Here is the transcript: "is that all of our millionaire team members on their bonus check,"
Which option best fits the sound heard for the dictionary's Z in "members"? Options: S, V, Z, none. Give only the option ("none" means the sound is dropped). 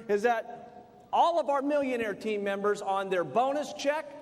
Z